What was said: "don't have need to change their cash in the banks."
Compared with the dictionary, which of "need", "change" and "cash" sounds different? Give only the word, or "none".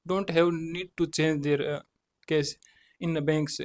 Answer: cash